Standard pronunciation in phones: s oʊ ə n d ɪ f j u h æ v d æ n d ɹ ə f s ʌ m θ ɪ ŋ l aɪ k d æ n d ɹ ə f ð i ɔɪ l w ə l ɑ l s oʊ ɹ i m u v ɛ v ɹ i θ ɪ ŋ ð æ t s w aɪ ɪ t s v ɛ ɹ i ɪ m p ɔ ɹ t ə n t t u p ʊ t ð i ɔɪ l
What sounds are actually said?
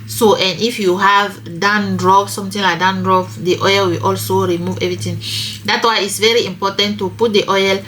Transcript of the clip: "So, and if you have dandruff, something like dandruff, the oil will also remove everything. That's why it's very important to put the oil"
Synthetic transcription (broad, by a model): s oʊ ə n d ɪ f j u h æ v d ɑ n d ɹ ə p s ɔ m t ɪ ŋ l aɪ k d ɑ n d ɹ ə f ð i ɔɪ l w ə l ɑ l s oʊ ɹ i m u v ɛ v ɹ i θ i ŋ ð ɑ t w aɪ ɪ t s v ɛ ɹ i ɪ m p ɔ t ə n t t u p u t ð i ɔɪ l